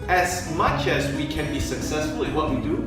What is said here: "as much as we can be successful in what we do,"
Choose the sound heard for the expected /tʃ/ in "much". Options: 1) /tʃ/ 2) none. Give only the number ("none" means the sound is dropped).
1